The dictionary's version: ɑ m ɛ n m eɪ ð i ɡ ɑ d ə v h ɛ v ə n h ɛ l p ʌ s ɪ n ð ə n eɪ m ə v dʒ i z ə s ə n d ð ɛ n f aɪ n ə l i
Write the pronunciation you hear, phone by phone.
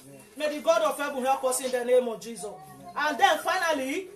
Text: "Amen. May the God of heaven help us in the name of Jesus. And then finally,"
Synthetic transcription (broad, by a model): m m eɪ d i ɡ ɑ d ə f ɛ b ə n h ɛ p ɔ s ɪ n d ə n eɪ m ə v dʒ i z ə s ə n d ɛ n f aɪ n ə l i